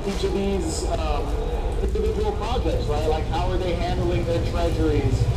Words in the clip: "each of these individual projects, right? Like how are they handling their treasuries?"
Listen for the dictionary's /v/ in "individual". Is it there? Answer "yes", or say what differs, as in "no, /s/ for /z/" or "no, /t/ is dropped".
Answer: no, /v/ is dropped